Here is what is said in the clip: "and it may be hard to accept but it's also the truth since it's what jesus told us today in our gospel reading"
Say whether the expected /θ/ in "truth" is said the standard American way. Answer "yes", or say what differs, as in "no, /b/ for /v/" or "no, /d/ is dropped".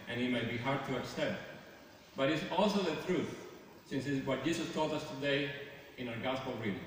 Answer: no, /t/ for /θ/